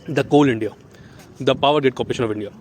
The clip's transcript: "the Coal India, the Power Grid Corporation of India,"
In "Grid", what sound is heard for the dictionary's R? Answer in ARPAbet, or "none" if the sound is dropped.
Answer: none